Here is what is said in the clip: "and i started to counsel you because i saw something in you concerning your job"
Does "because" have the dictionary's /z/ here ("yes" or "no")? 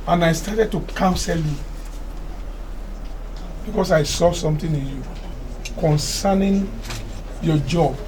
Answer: no